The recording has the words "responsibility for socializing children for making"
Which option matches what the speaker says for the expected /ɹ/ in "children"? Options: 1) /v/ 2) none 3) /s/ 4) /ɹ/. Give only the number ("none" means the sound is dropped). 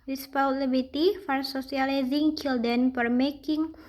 2